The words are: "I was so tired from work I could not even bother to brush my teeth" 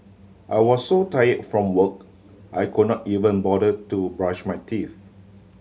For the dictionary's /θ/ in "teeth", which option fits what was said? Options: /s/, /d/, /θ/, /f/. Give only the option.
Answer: /f/